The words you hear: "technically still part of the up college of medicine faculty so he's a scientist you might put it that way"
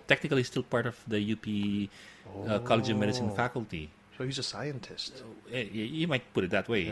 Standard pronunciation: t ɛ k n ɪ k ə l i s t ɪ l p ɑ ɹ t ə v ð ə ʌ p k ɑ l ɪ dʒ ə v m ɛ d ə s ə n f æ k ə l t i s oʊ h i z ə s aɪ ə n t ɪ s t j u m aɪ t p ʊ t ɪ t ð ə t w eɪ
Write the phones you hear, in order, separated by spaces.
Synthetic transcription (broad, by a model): t ɛ k n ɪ k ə l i s t ɪ l p ɑ ɹ t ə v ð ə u p k ɑ l ɪ dʒ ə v m ɛ d ə s ə n f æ k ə l t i s oʊ h i z ə s aɪ ə n t ɪ s t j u m aɪ t p ʊ t ɪ t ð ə t w eɪ